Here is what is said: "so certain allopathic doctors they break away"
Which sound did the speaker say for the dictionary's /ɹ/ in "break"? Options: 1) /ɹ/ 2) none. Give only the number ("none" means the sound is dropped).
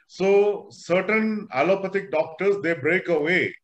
1